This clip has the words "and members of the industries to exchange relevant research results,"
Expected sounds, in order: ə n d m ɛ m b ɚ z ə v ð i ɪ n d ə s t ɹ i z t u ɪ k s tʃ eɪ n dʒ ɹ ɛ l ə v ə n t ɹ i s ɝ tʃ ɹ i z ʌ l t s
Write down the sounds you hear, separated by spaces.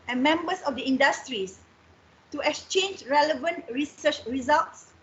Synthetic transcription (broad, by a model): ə n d m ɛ m b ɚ s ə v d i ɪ n d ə s t ɹ i s t u ɪ k s tʃ eɪ n dʒ ɹ ɛ l ə v ə n t ɹ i s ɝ tʃ ɹ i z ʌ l t s